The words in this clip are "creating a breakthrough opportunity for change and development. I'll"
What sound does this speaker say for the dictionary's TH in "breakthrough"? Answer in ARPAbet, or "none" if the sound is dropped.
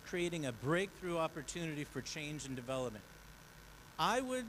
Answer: TH